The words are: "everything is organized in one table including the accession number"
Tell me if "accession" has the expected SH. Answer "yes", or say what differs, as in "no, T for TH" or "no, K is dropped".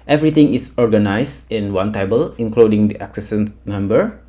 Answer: no, S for SH